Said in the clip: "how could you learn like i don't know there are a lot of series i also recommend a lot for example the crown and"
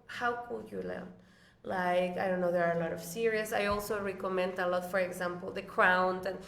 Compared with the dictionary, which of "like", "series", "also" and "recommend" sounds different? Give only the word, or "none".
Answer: series